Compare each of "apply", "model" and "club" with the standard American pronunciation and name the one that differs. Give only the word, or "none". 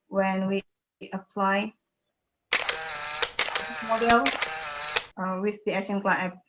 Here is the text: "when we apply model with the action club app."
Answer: club